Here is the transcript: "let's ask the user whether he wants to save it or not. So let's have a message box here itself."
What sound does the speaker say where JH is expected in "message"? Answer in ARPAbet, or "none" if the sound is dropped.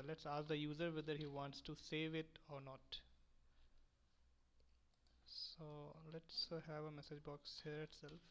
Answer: JH